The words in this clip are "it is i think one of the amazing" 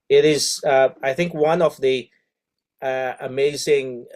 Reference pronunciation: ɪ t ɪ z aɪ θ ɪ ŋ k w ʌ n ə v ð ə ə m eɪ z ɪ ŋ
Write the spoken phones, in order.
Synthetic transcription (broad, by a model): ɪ t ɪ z aɪ θ ɪ ŋ k w ʌ n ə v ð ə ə m eɪ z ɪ ŋ